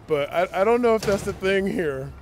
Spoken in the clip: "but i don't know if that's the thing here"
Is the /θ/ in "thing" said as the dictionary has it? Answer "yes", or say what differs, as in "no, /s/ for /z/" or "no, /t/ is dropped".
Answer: yes